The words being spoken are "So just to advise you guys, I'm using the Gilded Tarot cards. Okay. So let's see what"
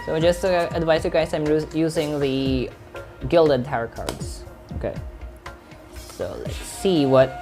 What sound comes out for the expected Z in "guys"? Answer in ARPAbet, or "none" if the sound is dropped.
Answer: S